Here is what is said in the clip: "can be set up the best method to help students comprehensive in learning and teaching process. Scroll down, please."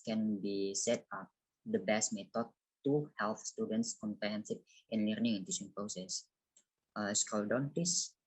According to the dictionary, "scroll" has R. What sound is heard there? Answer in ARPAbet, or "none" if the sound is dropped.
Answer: none